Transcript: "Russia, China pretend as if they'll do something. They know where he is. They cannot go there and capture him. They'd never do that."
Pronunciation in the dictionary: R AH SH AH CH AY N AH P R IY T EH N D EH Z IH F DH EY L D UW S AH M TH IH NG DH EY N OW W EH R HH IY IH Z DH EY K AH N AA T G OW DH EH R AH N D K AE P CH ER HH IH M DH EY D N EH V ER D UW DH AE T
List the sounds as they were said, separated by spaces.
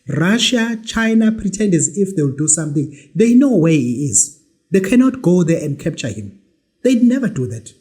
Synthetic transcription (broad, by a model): R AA SH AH CH AY N AH P R IY T EH N D EH Z IH F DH EY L D UW S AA M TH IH NG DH EY N OW W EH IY IH Z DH EY K AH N AA T G OW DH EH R AH N D K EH P CH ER HH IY M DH EY D N EH V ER D UW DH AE T